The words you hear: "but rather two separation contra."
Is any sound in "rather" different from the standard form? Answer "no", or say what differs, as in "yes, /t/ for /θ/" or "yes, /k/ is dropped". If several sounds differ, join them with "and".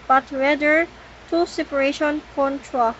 yes, /w/ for /ɹ/